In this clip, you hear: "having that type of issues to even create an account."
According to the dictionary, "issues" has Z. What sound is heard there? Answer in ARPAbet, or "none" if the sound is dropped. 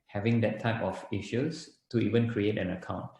S